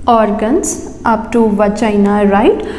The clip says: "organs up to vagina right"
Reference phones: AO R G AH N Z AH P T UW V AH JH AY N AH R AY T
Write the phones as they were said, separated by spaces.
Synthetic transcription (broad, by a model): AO R G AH N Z AH P T UW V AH CH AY N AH R AY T